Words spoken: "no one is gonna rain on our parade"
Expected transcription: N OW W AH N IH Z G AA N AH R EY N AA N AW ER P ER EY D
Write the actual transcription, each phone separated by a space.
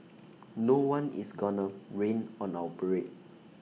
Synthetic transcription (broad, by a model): N OW W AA N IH S G AA N AH R EY N AA N AW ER B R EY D